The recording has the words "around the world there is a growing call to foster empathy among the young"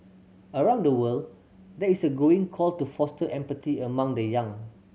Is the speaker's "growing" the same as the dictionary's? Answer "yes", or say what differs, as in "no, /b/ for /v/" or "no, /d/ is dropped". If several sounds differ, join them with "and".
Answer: no, /ɹ/ is dropped